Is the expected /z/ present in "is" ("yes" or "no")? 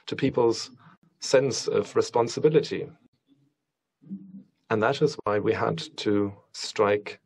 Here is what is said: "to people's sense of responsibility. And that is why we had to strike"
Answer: yes